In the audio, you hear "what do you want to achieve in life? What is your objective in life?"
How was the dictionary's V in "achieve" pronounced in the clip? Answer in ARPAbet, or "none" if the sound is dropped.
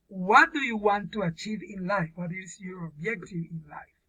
V